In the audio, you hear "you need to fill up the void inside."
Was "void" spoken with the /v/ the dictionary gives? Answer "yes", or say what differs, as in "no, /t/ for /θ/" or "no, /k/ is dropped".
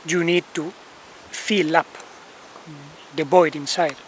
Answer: no, /b/ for /v/